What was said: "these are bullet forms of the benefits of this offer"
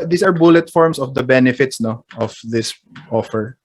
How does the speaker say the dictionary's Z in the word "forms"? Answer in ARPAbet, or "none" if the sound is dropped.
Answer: S